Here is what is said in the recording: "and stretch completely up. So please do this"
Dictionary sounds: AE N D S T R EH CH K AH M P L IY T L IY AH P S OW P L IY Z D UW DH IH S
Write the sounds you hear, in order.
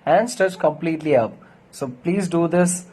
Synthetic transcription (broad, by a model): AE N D S T EH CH K AH M P L IY T L IY AH P S OW P L IY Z D UW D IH S